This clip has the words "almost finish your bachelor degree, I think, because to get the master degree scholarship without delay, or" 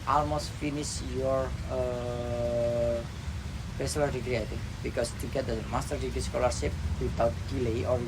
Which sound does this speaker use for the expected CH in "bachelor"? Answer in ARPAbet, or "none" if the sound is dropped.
S